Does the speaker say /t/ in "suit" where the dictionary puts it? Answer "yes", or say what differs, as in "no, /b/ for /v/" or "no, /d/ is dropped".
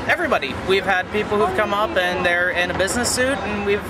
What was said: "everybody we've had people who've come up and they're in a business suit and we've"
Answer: yes